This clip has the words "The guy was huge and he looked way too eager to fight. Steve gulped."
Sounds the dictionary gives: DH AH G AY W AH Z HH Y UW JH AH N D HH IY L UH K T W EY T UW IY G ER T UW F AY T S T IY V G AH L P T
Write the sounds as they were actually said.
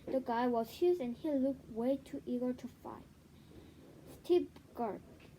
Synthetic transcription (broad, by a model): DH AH G AY W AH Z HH Y UW Z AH N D HH IY L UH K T W EY T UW IY G ER T UW F AY T S T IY P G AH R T